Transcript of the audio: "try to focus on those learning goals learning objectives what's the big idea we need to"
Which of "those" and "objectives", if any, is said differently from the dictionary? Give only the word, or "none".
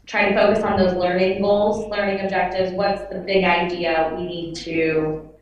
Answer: none